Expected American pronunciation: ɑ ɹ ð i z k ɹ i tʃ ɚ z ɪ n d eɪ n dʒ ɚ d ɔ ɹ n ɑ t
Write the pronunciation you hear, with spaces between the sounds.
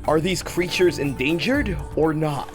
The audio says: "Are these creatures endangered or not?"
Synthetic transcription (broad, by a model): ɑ ɹ ð i z k ɹ i tʃ ɚ z ɪ n d eɪ n dʒ ɚ d ɔ ɹ n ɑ t